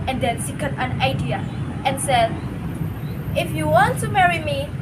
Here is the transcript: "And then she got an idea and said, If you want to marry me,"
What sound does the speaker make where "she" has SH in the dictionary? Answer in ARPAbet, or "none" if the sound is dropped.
S